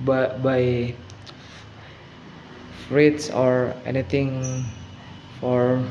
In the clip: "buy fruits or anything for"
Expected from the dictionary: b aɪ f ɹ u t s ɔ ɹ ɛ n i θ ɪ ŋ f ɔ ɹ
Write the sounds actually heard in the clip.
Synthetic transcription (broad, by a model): b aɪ f ɹ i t s ɔ ɹ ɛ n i t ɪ ŋ f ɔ ɹ